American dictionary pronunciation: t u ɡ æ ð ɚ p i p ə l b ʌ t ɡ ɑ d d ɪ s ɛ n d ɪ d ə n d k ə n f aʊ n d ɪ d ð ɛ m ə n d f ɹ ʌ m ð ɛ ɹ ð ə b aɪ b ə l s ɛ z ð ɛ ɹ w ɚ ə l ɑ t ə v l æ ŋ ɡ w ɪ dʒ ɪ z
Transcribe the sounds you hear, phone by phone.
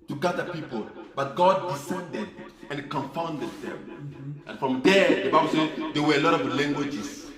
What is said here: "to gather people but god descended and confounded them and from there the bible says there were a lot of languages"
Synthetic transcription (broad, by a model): t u ɡ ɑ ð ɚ p i p ə l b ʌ t ɡ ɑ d d ɪ s ɛ n d ɪ d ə n k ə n f aʊ n d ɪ d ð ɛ m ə n f ɹ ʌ m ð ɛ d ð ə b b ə w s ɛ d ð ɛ w ɚ ə l ɑ t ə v l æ ŋ ɡ w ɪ dʒ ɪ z